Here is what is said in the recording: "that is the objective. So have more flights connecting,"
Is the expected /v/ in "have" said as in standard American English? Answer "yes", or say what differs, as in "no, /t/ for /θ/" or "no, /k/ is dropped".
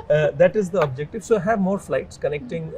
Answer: yes